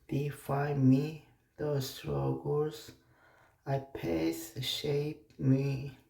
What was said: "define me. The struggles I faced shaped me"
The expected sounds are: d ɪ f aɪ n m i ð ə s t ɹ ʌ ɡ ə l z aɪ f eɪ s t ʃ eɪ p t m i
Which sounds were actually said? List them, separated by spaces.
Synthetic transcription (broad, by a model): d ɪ f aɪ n m i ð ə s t ɹ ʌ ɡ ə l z aɪ p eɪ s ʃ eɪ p m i